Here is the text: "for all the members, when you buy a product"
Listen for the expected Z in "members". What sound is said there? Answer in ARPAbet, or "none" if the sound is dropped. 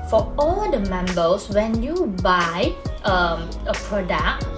S